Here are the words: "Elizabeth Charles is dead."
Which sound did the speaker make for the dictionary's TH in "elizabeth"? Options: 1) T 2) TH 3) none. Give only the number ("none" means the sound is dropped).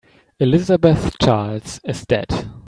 2